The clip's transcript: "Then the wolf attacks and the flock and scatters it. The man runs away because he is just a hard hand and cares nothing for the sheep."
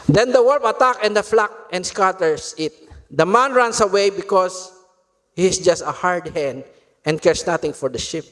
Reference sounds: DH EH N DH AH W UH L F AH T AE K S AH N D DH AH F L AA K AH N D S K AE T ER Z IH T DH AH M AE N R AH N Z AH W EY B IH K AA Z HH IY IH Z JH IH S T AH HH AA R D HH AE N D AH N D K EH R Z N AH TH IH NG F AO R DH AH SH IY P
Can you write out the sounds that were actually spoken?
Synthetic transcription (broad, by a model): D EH N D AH W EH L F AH T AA K AH N D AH F L AA K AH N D S K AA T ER S IH T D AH M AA N R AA N S AH W EY B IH K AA S HH IY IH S JH IH S T AH HH AA R D HH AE N D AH N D K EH R S N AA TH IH NG F AO R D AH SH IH P